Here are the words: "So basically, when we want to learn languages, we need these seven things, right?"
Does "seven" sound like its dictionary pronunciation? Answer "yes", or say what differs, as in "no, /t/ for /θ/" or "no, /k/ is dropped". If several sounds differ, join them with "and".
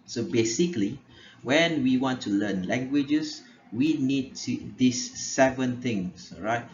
yes